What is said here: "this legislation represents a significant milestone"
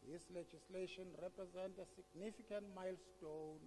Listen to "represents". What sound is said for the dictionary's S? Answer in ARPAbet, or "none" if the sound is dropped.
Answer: none